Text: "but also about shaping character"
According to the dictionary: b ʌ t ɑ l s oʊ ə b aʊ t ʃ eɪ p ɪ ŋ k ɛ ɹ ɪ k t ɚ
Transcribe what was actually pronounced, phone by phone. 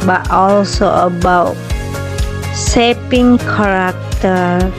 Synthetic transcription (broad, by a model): b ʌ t ɑ l s oʊ ə b aʊ t s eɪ p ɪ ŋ k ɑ ɹ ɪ k t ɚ